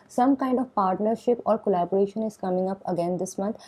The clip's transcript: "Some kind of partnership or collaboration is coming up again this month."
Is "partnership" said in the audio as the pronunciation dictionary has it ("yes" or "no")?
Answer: yes